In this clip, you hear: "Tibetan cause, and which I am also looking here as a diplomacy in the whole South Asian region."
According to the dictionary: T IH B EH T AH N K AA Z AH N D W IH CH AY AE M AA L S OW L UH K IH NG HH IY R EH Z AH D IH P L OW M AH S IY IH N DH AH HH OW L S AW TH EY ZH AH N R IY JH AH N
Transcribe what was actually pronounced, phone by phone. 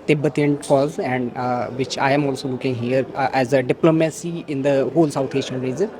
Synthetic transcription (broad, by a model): T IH B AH T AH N K AA Z AH N D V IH CH AY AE M AA L S OW L UH K IH NG HH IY R EH Z AH D IH P L OW M AH S IY IH N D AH HH OW L S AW T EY SH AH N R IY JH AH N